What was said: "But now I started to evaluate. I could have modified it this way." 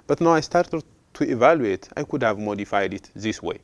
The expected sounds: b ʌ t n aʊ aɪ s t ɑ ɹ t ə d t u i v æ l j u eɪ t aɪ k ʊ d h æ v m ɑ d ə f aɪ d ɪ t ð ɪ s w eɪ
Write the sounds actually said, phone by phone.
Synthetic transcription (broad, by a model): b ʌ t n aʊ aɪ s t ɑ ɹ t ə d t u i v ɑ l j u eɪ t aɪ k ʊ d h æ v m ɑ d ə f aɪ d ɪ t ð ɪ s w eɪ